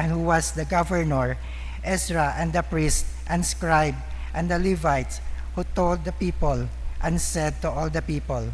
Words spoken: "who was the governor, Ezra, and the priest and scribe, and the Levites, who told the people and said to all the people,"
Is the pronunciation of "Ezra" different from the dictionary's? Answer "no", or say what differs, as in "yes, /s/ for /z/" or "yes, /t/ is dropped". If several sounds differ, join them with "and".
yes, /s/ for /z/